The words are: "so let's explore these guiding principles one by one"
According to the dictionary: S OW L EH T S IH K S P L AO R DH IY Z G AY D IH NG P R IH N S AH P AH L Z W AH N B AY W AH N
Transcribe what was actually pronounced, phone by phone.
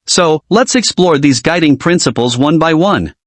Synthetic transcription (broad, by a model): S OW L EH T S IH K S P L AO R DH IY Z G AY D IH NG P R IH N S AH P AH L Z W AH N B AY W AH N